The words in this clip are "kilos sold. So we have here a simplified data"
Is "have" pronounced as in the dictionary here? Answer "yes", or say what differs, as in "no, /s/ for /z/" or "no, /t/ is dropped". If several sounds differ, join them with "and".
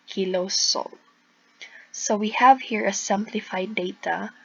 yes